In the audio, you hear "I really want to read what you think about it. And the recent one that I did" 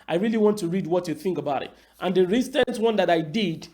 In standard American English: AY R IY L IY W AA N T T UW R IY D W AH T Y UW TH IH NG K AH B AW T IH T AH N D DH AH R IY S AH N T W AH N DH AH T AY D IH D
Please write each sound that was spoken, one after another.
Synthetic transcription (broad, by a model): AY R IY L IY W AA N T T UW R IY D W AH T Y UW TH IH NG K AH B AW T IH T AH N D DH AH R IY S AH N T W AH N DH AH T AY D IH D